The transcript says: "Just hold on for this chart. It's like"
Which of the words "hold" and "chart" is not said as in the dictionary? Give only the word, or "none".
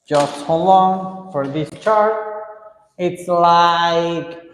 hold